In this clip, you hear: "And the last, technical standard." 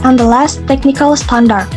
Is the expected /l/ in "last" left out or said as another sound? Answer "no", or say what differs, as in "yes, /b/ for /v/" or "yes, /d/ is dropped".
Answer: no